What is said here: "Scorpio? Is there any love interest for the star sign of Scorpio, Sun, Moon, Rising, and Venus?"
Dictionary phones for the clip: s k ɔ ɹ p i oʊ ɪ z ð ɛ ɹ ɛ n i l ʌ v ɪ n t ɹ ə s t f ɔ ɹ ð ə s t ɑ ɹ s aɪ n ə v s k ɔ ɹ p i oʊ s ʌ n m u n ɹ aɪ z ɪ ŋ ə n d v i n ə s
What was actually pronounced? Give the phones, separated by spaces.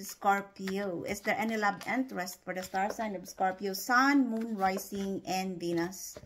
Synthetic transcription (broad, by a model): s k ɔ ɹ p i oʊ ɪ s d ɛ ɹ ɛ n i l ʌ b ɪ n t ɹ ə s t f ɔ ɹ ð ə s t ɑ ɹ s aɪ n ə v s k ɔ ɹ p i oʊ s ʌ n m u n ɹ aɪ s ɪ ŋ ə n d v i n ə s